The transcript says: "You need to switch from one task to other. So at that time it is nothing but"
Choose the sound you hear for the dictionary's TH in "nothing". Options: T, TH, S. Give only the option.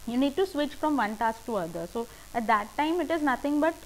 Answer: T